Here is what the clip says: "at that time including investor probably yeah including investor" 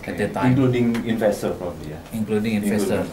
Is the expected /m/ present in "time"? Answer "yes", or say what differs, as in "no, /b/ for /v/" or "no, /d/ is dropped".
no, /m/ is dropped